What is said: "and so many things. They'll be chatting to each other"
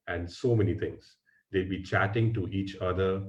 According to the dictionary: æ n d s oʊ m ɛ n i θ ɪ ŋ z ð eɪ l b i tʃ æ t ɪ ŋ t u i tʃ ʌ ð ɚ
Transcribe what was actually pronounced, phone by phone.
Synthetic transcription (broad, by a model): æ n d s oʊ m ɛ n i t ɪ ŋ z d eɪ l b i tʃ æ t ɪ ŋ t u i tʃ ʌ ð ɚ